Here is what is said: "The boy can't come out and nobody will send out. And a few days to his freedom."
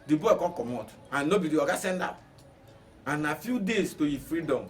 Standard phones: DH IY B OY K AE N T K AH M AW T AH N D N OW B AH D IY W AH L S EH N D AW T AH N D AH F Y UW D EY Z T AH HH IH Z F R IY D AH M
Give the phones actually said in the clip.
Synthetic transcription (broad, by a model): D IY B OY K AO K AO M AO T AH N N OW B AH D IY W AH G S EH N D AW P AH N AH F Y UW D EY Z T AH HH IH F R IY D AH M